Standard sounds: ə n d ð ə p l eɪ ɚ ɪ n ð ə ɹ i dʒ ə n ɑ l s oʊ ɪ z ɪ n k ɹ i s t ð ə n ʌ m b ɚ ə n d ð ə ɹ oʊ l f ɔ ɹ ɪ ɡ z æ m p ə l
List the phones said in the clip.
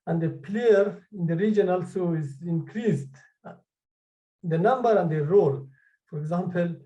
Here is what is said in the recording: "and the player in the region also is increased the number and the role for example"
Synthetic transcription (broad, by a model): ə n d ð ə p l eɪ ɚ ɪ n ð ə ɹ i dʒ ə n ɑ l s oʊ ɪ z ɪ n k ɹ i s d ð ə n ʌ m b ɚ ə n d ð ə ɹ oʊ l f ɔ ɹ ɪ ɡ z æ m p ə l